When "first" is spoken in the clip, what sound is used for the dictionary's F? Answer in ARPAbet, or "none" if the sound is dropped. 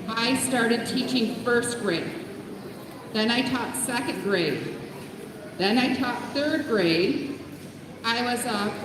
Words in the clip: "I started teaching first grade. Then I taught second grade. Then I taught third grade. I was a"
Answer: F